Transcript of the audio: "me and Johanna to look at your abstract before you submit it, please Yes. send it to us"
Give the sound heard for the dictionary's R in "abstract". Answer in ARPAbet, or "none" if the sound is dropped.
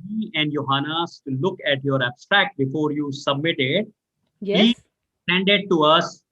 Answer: R